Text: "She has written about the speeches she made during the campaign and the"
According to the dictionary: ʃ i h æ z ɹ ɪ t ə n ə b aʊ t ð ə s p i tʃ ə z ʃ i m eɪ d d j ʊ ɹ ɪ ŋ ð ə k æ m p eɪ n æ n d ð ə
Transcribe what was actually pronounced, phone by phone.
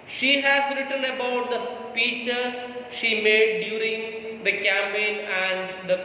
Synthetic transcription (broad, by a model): ʃ i h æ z ɹ ɪ t ə n ə b aʊ t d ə s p i tʃ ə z ʃ i m eɪ d d j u ɹ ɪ ŋ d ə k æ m eɪ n æ n d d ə